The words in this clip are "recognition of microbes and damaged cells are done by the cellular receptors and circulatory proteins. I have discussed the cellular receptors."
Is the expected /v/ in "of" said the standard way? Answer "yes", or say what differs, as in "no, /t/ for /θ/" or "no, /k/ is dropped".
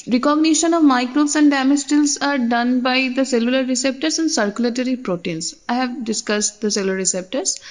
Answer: yes